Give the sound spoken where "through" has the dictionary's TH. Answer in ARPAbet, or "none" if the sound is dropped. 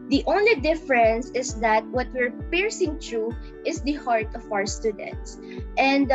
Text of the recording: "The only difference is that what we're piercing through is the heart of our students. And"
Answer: T